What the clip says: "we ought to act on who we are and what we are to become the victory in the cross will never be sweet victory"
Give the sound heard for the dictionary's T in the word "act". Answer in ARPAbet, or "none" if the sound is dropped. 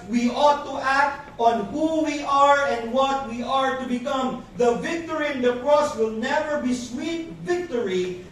T